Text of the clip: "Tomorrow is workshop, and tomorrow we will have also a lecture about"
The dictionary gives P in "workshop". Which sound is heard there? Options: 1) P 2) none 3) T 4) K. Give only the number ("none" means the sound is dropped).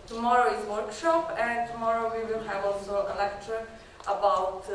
1